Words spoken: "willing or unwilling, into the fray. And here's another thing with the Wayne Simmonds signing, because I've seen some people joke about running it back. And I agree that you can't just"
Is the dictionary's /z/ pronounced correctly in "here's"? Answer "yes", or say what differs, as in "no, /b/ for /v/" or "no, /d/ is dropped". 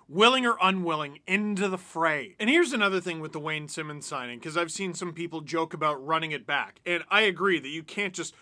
yes